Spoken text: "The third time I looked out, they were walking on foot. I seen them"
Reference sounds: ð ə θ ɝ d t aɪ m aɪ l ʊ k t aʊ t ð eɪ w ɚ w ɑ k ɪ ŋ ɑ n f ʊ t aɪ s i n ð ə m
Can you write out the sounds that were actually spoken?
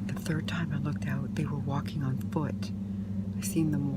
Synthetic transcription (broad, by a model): ð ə θ ɝ d t aɪ m aɪ l ʊ k t aʊ t ð eɪ w ɚ w ɑ k ɪ ŋ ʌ n f ʊ t aɪ s i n ð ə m